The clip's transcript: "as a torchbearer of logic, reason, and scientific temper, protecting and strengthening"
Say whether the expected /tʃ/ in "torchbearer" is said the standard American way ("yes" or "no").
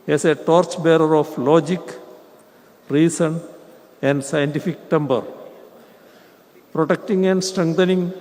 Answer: yes